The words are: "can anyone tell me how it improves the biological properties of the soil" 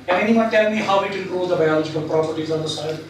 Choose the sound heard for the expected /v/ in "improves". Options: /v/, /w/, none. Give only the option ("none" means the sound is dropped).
none